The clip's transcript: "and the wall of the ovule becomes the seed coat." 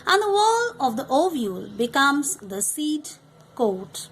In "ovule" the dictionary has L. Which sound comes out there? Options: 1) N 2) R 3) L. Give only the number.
3